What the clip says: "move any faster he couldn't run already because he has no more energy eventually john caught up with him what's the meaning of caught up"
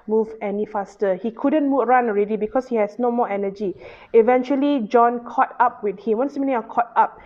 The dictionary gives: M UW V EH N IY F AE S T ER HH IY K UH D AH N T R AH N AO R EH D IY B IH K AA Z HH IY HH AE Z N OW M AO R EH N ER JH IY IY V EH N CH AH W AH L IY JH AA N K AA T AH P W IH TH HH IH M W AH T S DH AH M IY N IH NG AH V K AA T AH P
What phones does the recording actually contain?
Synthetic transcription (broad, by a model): M UW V EH N IY F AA S T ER HH IY K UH D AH N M R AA N AO R EH D IY B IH K AA S HH IY HH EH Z N OW M AO EH N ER JH IY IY V EH N CH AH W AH L IY JH AA N K AA T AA P W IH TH HH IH M W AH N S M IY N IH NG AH K AA T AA P